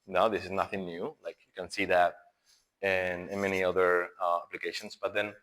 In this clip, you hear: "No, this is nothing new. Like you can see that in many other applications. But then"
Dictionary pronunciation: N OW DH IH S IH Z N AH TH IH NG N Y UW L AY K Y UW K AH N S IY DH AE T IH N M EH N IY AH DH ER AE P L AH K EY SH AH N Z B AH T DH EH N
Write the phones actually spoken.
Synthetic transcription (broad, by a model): N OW DH IH S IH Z N AH TH IH NG N Y UW L AY K Y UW K AH N S IY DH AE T IH N M EH N IY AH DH ER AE P L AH K EY SH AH N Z B AH T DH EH N